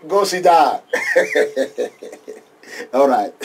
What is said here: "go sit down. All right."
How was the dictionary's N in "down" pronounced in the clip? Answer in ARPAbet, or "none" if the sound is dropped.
none